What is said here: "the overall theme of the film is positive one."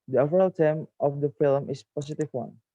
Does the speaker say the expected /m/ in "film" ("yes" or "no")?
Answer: yes